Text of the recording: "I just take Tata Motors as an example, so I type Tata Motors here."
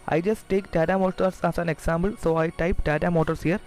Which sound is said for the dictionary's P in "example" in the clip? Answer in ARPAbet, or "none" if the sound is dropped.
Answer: B